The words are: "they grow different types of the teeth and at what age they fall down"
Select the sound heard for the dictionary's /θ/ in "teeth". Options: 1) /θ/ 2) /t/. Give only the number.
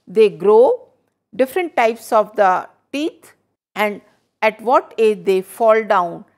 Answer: 2